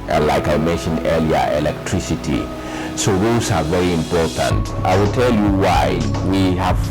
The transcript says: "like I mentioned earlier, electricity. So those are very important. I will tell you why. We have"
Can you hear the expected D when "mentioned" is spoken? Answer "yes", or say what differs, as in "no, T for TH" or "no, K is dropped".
yes